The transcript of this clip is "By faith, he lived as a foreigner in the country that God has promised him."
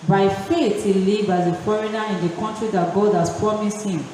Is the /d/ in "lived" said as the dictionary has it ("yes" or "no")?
no